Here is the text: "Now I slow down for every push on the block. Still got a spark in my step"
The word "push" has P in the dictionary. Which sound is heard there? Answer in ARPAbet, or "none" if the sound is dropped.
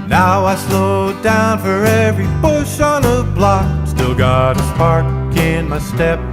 B